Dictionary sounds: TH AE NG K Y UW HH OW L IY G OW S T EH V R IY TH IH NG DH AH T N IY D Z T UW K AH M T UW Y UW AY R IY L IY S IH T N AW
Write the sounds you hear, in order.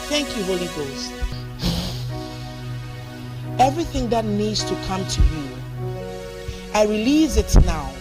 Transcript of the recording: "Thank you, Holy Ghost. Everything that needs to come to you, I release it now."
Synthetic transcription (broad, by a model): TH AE NG K Y UW HH OW L IY G OW S T EH V R IY TH IH NG DH AH T N IY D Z T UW K AH M T UW Y UW AY R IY L IY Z IH T N AW